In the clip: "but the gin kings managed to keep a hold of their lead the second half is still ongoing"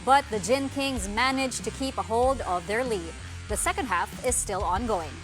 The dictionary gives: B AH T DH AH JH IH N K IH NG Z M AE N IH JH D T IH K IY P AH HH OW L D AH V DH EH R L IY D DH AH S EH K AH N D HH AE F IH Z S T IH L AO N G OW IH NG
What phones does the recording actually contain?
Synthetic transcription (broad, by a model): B AH T DH AH JH IH N K IH NG Z M AE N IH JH T IH K IY P AH HH OW L D AH V DH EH R L IY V DH AH S EH K AH N D HH AE F IH Z S T IH L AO N G OW IH NG